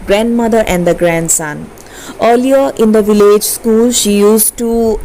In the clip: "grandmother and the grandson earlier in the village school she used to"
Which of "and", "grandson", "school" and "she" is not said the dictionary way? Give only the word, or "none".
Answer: none